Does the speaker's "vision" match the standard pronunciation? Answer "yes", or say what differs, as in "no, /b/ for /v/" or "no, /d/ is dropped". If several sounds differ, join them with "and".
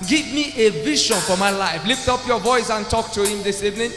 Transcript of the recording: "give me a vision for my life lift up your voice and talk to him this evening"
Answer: no, /ʃ/ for /ʒ/